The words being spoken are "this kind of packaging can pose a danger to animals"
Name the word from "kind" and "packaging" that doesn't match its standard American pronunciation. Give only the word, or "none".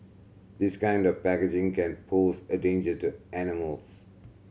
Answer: none